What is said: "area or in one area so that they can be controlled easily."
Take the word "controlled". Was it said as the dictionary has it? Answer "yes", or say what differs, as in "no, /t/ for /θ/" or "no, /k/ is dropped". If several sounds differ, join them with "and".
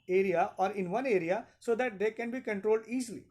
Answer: yes